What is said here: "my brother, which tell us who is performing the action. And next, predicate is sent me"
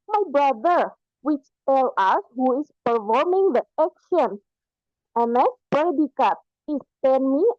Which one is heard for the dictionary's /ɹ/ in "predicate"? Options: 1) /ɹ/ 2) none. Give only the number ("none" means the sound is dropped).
2